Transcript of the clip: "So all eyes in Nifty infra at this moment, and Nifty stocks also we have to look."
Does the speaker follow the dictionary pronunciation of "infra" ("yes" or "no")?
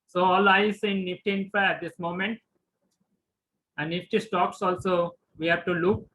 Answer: no